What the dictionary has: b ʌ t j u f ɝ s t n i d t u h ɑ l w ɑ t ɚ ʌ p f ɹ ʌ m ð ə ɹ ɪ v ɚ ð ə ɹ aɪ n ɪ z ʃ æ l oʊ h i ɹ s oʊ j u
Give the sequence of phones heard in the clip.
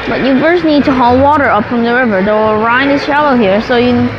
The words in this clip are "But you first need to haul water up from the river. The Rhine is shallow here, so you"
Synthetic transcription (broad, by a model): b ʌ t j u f ɝ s n i d t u h ɑ l w ɑ t ɚ ʌ p f ɹ ʌ m ð ə ɹ ɪ v ɚ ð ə ɹ aɪ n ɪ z ʃ æ l oʊ h i ɹ s oʊ j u